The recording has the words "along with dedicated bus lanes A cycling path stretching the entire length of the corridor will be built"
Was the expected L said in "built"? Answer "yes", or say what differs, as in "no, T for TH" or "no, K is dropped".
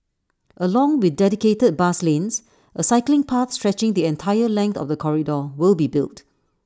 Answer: yes